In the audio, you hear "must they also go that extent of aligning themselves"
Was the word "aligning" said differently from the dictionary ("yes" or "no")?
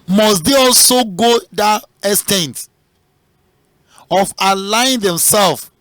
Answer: yes